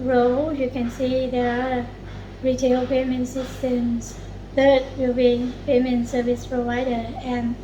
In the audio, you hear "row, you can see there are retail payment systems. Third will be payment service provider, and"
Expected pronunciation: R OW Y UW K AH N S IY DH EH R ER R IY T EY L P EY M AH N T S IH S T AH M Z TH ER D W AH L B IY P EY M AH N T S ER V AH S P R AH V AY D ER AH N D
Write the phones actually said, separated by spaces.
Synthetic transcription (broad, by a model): R OW Y UW K AH N S IY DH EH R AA R IY T EY L P EY M AH N T S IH S T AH M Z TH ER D W AH L B IY P EY M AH N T S ER V AH S P R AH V AY D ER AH N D